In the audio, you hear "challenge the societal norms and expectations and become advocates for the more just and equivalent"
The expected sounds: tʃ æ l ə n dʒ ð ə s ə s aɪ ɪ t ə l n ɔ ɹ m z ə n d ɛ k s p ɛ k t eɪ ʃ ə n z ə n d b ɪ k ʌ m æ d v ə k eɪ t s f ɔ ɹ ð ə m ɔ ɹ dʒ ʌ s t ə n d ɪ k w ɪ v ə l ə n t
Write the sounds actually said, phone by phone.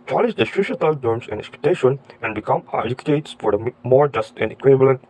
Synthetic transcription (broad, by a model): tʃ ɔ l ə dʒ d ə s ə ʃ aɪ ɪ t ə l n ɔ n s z ə n d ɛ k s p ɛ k t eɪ ʃ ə n ə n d b ɪ k ʌ m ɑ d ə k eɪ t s f ɔ ɹ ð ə m ɔ ɹ dʒ ʌ s t ə n d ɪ k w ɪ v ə l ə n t